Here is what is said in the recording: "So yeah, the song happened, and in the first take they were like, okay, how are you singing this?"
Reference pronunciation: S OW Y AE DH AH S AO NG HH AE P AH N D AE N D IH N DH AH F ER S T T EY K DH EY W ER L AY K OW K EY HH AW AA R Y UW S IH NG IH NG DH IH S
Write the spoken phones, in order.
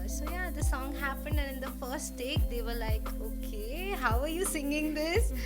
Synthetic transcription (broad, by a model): S OW Y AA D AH S AO NG HH AE P AH N D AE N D IH N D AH F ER S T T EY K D EY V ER L AY K OW K EY HH AW AA R Y UW S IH NG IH NG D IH S